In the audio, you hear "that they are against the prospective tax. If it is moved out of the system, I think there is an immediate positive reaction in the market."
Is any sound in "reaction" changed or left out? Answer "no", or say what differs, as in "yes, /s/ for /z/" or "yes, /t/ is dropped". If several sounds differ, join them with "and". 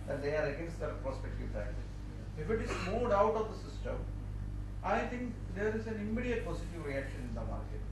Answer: no